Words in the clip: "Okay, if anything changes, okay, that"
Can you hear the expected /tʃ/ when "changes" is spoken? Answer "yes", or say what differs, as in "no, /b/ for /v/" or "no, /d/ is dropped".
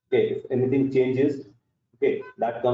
yes